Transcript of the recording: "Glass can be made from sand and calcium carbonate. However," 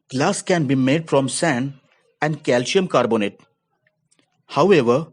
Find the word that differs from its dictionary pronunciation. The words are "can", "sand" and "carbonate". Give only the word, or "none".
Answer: sand